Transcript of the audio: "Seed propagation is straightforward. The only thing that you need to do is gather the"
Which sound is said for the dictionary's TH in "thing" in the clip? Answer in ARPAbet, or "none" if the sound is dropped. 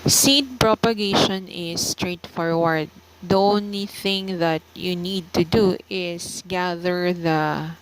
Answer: TH